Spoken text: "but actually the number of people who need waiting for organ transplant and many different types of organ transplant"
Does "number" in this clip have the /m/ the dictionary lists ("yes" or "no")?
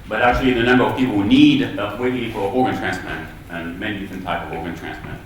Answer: yes